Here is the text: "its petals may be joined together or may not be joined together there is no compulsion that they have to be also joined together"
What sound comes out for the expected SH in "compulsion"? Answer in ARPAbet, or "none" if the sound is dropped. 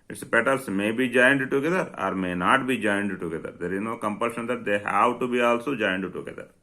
SH